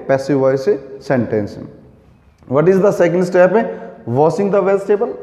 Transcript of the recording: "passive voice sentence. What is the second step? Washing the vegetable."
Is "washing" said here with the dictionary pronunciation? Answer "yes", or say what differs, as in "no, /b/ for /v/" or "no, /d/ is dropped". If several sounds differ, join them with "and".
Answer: no, /s/ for /ʃ/